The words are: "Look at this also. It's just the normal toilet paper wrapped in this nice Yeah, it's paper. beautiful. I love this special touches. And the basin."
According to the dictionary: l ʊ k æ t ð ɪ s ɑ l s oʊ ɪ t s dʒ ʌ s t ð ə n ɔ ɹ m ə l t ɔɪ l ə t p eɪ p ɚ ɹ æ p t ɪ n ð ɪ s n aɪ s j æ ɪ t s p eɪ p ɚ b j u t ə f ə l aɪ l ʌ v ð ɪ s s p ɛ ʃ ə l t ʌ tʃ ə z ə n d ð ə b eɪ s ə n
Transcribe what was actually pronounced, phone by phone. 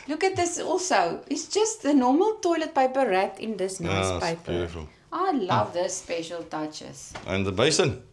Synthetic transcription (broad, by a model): l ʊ k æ t ð ɪ s ɑ l s oʊ ɪ t s dʒ ʌ s t ð ə n ɔ m ə l t ɔɪ l ə t p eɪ p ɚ ɹ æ t ɪ n ð ɪ s n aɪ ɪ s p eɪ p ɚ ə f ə l aɪ l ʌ v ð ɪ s s p ɛ ʃ ə l t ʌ tʃ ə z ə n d ð ə b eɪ s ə n